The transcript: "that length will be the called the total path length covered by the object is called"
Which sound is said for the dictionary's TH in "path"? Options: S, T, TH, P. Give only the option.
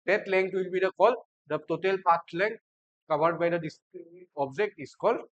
T